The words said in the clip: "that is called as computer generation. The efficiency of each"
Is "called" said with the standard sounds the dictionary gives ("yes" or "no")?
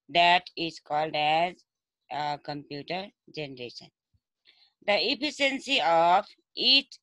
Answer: yes